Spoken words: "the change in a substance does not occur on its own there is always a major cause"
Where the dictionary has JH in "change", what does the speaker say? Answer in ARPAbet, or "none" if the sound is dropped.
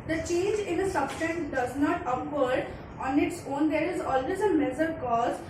JH